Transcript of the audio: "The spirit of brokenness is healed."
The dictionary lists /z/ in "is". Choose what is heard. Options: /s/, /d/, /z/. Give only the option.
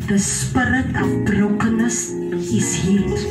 /s/